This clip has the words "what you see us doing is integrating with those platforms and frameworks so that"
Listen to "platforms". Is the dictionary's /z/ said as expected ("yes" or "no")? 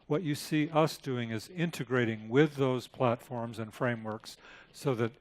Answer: yes